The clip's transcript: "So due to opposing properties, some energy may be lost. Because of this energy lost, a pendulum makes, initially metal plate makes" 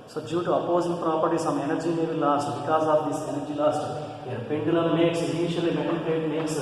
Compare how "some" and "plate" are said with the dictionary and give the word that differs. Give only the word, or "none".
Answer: plate